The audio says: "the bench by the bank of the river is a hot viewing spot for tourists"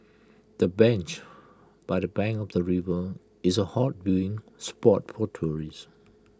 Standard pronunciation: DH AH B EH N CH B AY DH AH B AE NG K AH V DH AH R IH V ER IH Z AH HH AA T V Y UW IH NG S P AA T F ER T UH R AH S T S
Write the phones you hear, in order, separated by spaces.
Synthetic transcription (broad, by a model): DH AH B EH N CH B AY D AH B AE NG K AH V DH AH R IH V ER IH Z AH HH AA T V Y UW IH NG S P AA T P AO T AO R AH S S